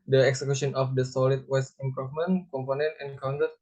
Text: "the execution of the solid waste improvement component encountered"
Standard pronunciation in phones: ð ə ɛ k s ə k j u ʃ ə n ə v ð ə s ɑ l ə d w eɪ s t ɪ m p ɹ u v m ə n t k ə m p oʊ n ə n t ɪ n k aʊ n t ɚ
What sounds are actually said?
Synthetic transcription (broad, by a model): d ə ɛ k s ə k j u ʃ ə n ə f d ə s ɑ l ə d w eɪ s ɪ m p ɹ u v m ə n k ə m p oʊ n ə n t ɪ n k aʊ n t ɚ